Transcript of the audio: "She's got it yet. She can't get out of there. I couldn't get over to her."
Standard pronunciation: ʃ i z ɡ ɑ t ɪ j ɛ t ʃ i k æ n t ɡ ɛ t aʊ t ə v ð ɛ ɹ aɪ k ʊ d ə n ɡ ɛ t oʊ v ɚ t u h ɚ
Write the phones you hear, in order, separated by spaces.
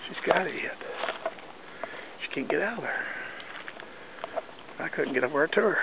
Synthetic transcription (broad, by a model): ʃ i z ɡ ɑ t ɪ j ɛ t ʃ i k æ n ɡ ɛ t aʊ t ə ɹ aɪ k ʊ d n ɡ ɛ t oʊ ɚ t u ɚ